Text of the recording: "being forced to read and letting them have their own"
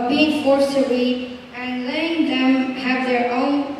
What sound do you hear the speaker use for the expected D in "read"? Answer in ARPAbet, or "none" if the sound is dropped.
none